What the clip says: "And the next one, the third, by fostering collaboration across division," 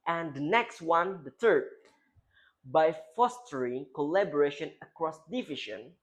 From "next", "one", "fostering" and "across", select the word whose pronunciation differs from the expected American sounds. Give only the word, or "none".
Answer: none